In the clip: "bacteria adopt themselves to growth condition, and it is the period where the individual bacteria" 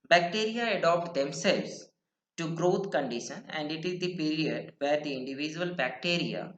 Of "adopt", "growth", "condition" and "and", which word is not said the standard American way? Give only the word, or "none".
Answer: growth